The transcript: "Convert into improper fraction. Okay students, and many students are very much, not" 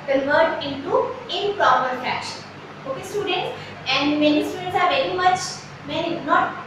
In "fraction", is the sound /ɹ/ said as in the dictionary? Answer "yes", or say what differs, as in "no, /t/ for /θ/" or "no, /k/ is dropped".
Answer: no, /ɹ/ is dropped